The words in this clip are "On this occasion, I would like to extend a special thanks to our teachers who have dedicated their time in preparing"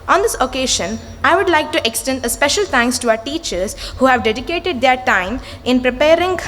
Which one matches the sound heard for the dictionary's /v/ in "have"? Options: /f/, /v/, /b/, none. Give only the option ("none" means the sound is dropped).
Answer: /v/